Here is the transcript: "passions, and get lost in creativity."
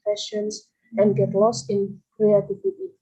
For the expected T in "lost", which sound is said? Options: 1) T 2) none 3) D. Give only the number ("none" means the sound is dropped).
1